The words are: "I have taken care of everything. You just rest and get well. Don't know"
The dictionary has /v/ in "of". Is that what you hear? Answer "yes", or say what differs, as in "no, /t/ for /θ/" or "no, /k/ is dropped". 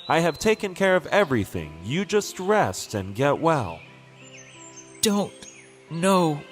yes